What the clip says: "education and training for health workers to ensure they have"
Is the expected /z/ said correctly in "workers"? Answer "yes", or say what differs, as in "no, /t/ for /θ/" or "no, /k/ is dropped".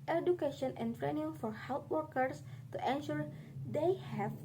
no, /s/ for /z/